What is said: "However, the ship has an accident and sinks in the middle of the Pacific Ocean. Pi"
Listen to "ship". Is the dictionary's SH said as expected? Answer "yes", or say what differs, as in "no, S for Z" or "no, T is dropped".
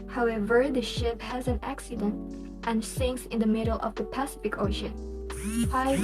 yes